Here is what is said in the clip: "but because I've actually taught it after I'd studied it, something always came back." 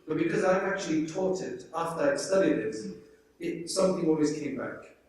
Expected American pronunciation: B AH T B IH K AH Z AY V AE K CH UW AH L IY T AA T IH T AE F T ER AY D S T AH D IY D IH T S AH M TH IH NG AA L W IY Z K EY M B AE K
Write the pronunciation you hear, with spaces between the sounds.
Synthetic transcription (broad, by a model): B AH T B IH K AH Z AY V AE K CH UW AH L IY T AA T IH T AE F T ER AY S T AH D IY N IH T S AH M TH IH NG AA L W IY Z K EY M B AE K